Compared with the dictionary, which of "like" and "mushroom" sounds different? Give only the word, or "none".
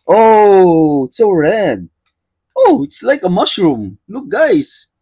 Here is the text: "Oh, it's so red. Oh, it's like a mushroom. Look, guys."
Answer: none